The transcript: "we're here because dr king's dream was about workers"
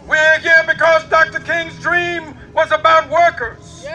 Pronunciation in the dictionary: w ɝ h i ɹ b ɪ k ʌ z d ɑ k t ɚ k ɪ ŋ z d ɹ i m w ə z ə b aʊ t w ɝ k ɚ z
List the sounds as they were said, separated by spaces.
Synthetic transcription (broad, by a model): w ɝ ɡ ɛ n b ɪ k ʌ z d ɑ k t ɚ k ɪ ŋ z d ɹ i m w ə z ə b aʊ t w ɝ k ɚ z